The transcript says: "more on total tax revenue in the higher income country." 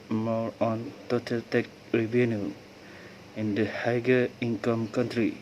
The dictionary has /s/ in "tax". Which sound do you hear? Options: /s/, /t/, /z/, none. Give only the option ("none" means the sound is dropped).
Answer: none